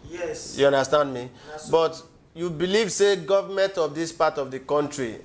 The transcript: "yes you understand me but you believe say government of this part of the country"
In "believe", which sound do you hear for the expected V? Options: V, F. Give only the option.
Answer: V